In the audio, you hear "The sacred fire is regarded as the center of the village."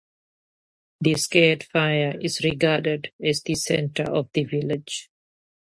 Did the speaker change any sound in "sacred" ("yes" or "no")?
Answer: yes